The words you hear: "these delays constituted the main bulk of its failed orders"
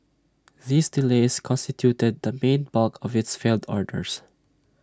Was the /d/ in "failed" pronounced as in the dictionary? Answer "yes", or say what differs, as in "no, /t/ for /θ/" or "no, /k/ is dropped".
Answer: yes